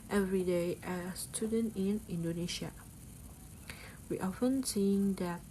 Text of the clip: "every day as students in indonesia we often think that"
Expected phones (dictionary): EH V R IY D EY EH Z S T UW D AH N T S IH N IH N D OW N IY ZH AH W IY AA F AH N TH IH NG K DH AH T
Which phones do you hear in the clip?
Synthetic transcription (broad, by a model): EH V R IY D EY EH S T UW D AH N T IH N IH N D OW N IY SH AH W IY AA F AH N S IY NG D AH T